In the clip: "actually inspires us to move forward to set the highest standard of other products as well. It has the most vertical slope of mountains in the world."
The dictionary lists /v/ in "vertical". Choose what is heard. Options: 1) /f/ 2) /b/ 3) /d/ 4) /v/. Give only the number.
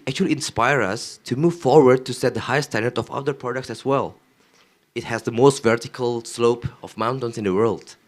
4